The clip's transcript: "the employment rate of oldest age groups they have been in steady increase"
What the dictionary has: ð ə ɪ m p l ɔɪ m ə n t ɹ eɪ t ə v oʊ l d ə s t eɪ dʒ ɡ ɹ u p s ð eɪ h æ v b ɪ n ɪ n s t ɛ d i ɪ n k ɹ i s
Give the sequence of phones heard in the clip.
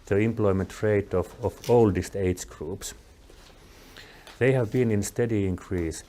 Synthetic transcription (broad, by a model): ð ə ɪ m p l ɔɪ m ə n t ɹ eɪ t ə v oʊ l d ə s t eɪ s ɡ ɹ u p s ð eɪ h æ v b ɪ n ɪ n s t ɛ d i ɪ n k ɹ i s